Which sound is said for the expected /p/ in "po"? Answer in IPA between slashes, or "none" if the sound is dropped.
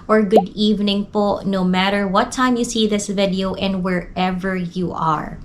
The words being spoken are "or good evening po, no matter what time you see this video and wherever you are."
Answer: /p/